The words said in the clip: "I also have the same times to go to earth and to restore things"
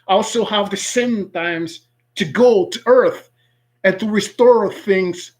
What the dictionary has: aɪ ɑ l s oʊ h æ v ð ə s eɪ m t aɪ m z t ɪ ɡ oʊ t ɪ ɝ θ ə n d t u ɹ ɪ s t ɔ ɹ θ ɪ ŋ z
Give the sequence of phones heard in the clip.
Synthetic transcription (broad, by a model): ɑ l s oʊ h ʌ v ð ə s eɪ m t aɪ m z t ɪ ɡ oʊ t ɪ ɝ θ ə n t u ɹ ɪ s t ɔ ɹ θ ɪ ŋ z